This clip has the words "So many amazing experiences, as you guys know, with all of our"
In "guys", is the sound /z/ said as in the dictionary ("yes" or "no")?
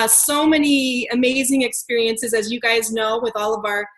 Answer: yes